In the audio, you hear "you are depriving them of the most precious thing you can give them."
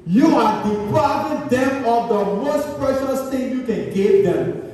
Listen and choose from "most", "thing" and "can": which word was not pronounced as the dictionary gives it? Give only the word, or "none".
thing